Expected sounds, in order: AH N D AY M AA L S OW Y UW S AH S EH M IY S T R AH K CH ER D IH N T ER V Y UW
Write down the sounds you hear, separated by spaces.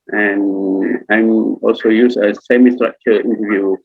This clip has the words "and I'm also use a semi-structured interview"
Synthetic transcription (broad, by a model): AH N AY M AA L S OW Y UW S AH S EH M IY S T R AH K CH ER IH N T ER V Y UW